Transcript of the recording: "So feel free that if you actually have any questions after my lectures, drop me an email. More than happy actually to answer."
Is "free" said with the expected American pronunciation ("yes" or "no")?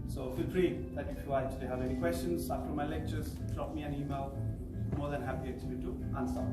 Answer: no